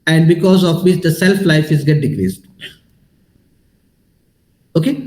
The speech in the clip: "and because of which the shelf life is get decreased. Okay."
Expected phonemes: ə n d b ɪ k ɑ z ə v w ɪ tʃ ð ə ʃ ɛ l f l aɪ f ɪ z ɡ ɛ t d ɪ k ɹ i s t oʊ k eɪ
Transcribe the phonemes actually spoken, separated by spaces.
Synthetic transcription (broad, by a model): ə n d b ɪ k ɑ z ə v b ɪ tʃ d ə s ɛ l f l aɪ f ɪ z ɡ ɛ t d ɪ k ɹ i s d oʊ k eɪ